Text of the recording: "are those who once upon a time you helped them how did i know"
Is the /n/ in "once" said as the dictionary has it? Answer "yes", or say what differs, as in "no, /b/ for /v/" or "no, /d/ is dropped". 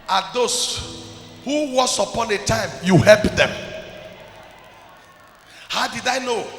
no, /n/ is dropped